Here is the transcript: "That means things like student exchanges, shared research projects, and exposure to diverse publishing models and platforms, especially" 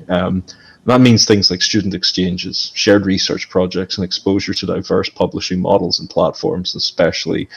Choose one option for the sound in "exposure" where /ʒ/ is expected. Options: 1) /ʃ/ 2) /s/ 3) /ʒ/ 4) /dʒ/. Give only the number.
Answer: 3